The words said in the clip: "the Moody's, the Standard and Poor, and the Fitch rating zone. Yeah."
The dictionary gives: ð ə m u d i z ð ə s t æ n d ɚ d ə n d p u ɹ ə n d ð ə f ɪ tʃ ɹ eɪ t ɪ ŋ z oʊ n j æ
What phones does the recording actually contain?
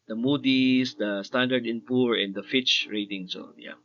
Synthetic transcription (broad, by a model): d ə m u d i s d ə s t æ n d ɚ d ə n p u ɹ ə n d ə f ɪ tʃ ɹ eɪ t ɪ ŋ s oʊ j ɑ